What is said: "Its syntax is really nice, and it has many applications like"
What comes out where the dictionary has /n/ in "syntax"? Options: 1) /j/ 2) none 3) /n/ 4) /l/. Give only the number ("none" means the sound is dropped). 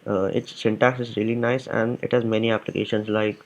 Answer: 3